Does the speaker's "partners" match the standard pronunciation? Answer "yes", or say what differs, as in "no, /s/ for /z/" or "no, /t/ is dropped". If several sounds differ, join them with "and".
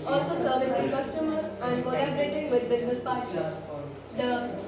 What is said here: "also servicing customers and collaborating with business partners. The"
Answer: no, /n/ is dropped